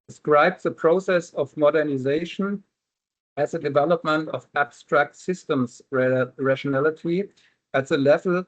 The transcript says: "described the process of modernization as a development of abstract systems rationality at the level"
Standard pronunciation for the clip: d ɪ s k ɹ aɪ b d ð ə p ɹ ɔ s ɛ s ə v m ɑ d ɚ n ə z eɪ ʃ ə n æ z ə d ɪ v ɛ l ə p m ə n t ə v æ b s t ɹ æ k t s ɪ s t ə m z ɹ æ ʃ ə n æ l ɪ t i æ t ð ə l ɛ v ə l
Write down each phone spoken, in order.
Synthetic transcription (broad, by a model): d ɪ s k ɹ aɪ b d ð ə p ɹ ɔ s ɛ s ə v m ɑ d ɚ n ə z eɪ ʃ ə n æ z ə d ɪ v ɛ l ə p m ə n t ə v æ b s t ɹ æ k t s ɪ s t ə m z ɹ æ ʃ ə n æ l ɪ t i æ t ð ə l ɛ v l